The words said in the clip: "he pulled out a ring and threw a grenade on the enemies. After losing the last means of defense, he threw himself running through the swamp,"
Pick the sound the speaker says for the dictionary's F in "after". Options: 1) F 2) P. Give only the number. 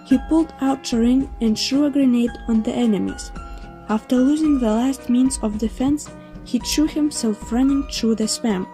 1